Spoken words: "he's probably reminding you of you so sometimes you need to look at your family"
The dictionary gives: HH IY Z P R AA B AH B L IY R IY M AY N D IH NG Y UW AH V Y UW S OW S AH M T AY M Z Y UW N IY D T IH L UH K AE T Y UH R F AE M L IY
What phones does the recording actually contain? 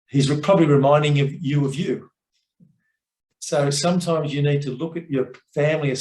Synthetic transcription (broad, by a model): HH IY Z P R AA B AH B L IY R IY M AY N D IH NG Y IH AH V Y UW S OW S AH M T AY M Z Y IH N IY D T IH L UH K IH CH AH R F AE M L IY